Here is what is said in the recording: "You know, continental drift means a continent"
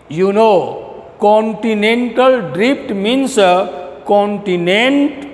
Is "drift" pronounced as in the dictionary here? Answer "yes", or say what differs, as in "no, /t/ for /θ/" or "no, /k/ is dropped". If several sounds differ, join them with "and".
no, /p/ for /f/